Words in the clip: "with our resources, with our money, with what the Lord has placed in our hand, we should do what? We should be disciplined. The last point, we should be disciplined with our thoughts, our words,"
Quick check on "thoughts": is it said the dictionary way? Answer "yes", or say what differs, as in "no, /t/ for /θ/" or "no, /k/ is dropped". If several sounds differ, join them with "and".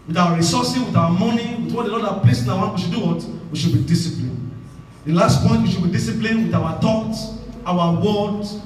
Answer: no, /t/ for /θ/ and /s/ is dropped